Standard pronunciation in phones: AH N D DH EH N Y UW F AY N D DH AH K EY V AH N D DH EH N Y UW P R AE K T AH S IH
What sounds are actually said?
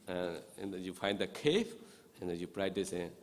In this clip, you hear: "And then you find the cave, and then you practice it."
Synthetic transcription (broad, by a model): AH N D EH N Y UW F AY N D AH K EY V AH N D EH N Y UW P R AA T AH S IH